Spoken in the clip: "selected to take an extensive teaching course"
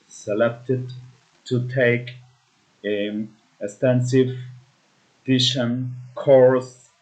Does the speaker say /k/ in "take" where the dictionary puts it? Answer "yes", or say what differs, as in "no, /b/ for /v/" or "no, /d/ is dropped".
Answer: no, /k/ is dropped